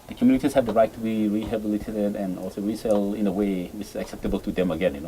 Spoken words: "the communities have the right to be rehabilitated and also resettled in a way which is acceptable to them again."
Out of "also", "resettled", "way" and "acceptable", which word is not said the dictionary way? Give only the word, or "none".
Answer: resettled